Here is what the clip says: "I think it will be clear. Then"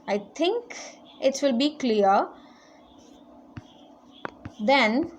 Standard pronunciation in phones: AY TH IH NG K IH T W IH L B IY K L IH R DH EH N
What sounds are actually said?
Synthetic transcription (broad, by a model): AY T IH NG K IH T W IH L B IY K L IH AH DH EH N